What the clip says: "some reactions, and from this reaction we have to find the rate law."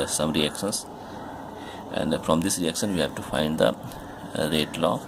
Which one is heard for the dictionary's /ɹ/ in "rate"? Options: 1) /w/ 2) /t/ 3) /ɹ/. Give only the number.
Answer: 3